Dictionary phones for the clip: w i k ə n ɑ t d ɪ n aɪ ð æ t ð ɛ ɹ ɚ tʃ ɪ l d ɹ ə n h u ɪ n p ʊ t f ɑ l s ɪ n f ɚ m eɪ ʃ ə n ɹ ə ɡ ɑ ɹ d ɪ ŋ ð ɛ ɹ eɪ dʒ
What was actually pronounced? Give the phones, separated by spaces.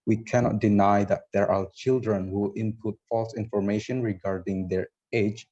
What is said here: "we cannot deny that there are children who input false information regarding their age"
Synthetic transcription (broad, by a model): w i k ə n ɑ t d ɪ n aɪ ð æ t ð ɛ ɹ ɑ tʃ ɪ l d ɹ ə n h u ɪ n p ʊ t f ɑ l s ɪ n f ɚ m eɪ ʃ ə n ɹ ə ɡ ɑ ɹ d ɪ ŋ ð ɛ ɹ eɪ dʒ